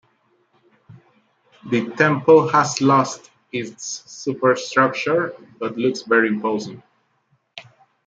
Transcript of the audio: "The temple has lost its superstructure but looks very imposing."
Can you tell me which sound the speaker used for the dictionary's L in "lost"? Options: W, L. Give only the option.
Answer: L